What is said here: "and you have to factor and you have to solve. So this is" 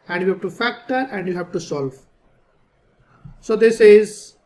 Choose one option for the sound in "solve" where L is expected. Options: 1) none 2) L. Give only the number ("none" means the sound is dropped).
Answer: 2